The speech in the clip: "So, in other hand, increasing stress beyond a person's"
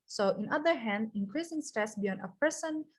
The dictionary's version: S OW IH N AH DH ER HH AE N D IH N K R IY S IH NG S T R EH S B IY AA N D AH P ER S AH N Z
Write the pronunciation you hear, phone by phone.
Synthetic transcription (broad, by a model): S OW IH N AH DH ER HH AE N D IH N K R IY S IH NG S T EH S B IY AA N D AH P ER S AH N